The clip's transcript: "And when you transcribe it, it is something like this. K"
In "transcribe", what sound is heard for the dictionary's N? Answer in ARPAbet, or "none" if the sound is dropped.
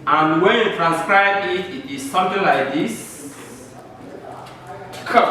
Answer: N